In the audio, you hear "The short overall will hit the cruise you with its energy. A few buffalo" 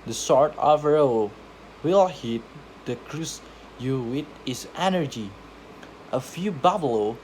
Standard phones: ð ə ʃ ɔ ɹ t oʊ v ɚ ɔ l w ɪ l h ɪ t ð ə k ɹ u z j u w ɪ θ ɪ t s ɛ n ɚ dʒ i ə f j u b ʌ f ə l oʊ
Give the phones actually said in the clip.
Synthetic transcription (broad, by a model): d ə s ɔ ɹ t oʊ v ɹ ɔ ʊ w ɪ l h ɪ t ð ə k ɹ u s j u w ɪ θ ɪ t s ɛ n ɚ dʒ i ə f j u b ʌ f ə l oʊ